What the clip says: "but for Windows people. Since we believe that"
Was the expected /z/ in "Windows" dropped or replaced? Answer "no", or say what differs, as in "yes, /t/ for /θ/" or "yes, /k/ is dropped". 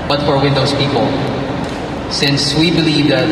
yes, /s/ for /z/